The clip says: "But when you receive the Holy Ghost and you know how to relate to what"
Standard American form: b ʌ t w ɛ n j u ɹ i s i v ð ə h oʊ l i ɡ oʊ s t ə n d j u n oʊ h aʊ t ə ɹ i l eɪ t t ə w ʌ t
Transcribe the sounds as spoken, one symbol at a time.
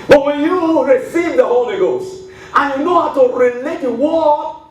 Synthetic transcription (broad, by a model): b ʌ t w ɛ n j u ɹ i s i v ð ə h oʊ l i ɡ oʊ s t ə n j u n oʊ h aʊ t ə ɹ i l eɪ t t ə w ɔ